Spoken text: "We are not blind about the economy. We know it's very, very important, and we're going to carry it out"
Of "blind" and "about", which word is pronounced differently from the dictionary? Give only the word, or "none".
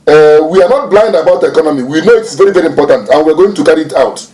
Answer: none